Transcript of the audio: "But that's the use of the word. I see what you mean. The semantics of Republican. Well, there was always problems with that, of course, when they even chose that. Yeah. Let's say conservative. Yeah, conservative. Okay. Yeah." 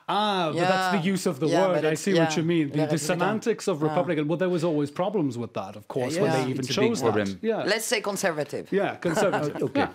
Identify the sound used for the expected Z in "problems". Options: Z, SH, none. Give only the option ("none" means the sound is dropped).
Z